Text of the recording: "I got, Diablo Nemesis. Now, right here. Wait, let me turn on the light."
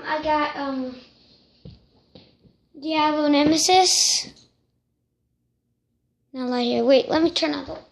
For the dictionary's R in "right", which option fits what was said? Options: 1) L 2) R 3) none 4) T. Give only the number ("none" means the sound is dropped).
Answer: 1